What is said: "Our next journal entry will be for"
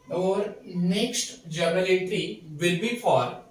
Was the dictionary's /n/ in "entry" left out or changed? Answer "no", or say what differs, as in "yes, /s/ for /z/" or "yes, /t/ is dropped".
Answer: yes, /n/ is dropped